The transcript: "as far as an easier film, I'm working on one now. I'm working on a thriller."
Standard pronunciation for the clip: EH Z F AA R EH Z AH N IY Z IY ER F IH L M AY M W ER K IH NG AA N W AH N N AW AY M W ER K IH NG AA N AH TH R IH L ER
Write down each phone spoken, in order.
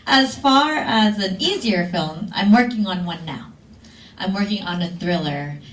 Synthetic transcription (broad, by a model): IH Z F AA R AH Z AH N IY Z IY ER F IH L M AY M W ER K IH NG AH N W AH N N AW AY M W ER K IH NG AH N AH TH R IH L ER